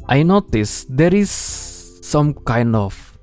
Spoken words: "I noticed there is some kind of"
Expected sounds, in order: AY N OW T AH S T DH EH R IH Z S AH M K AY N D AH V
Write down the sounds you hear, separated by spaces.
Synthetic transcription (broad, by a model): AY N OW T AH S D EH R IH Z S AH M K AY N D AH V